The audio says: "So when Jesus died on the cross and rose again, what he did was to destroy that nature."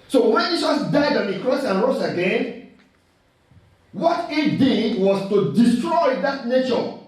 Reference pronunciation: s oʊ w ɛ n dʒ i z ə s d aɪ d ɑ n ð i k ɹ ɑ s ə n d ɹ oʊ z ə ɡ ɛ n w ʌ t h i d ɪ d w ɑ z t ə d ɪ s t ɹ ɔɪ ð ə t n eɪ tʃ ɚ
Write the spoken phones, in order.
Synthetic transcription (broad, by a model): s oʊ w ɛ n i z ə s d aɪ d ɑ n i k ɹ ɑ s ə n ɹ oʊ s ə ɡ ɛ n w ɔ t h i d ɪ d w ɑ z t ə d ɪ s t ɹ ɔɪ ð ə t n eɪ tʃ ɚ